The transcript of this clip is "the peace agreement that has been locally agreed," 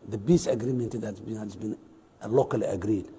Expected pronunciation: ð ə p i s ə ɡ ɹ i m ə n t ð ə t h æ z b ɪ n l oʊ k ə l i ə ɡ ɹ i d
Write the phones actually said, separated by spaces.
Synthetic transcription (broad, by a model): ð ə b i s ə ɡ ɹ i m ə n t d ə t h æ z b ɪ n l oʊ k ə l i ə ɡ ɹ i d